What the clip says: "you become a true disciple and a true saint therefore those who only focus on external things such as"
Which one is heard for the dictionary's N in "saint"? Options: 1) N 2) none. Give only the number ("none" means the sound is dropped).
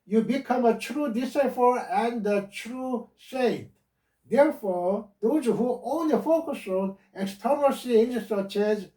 2